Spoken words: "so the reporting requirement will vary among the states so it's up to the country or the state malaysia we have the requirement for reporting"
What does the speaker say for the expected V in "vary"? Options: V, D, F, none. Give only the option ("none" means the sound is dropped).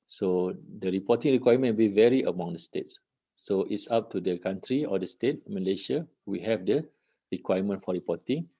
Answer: V